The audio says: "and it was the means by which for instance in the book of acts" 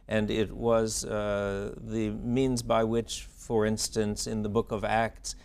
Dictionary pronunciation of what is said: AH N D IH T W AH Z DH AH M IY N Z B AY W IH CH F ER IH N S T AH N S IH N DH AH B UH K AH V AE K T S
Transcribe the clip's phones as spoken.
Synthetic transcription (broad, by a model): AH N IH T W AH Z DH AH M IY N Z B AY W IH CH F ER IH N S T AH N S IH N DH AH B UH K AH V AE K T S